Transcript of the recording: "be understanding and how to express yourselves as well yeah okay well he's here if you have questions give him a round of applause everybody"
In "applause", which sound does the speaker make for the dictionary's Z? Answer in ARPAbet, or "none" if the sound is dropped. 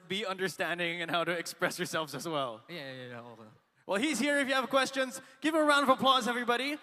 Z